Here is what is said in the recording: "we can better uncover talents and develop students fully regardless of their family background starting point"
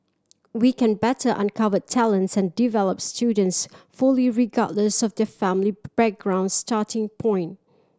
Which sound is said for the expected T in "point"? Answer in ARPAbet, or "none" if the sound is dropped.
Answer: T